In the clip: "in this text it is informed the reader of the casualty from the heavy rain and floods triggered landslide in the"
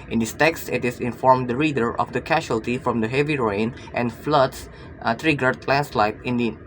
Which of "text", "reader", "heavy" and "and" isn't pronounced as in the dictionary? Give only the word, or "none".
none